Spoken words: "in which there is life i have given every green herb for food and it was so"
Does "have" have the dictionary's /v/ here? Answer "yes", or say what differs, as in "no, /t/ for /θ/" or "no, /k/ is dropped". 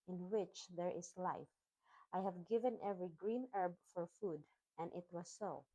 yes